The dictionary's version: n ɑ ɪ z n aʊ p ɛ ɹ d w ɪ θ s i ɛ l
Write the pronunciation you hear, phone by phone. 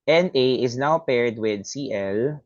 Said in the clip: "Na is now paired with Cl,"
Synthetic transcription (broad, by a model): n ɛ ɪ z n aʊ p ɛ ɹ d w ɪ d s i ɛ l